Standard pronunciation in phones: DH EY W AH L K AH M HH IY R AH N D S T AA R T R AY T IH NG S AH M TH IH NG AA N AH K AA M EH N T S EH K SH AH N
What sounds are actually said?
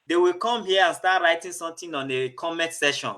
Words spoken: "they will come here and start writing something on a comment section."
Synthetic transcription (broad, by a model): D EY W AH L K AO M HH IY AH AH N S T AA T R AY T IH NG S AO M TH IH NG AA N AH K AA M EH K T S EH SH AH N